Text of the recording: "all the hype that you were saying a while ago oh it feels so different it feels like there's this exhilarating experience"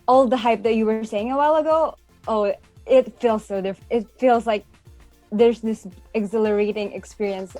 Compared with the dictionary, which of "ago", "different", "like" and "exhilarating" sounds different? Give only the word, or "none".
different